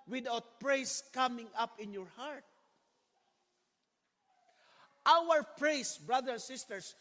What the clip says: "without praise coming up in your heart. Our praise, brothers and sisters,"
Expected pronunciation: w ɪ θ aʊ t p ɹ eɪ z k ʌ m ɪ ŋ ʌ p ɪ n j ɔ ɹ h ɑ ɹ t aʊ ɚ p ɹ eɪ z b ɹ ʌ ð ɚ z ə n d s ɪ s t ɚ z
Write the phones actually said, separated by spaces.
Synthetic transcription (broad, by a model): w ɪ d aʊ t p ɹ eɪ s k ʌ m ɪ ŋ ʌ p ɪ n j ɔ ɹ h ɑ ɹ t aʊ ɚ p ɹ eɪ s b ɹ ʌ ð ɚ ə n s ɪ s t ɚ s